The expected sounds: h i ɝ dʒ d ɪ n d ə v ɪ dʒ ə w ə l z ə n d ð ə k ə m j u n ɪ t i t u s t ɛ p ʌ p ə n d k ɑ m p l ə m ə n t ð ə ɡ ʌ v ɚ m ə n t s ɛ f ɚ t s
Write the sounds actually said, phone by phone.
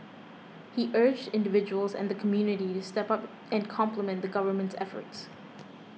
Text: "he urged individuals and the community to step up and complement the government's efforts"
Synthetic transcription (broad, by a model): h i ɝ dʒ d ɪ n d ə v ɪ dʒ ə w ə l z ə n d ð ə k ə m j u n ɪ t i t u s t ɛ p ʌ p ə n k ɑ m p l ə m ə n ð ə ɡ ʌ v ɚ m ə n t s ɛ f ɚ t s